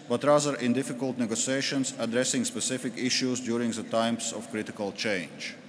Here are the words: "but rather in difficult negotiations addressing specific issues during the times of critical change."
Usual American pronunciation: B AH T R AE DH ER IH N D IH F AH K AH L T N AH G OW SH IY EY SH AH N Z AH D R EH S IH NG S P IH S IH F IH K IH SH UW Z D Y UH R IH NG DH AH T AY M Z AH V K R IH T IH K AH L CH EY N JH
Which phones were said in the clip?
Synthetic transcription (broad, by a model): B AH T R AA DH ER IH N D IH F AH K AH L T N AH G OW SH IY EY SH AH N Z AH D R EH S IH NG S P IH S IH F IH K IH SH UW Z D Y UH R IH NG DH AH T AY M S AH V K R IH T IH K AH L CH EY N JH